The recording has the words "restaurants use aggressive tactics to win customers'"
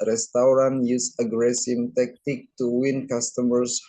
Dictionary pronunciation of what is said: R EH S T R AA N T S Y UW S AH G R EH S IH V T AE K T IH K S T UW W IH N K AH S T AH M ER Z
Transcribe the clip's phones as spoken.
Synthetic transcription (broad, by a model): R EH S T R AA N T Y UW S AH G R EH S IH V T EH K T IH K T UW W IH N K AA S T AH M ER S